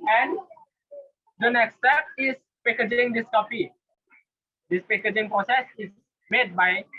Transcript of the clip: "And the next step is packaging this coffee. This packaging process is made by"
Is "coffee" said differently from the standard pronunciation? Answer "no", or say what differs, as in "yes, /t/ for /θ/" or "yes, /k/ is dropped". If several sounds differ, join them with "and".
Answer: yes, /p/ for /f/